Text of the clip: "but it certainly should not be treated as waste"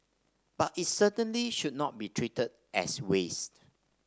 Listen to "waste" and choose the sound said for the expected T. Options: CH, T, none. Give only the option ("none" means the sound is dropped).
T